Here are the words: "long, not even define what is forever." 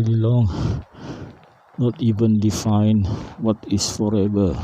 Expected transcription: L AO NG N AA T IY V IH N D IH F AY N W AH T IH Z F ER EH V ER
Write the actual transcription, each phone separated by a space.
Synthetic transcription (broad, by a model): L AO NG N AA T IY V IH N D IH F AY N W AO T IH S F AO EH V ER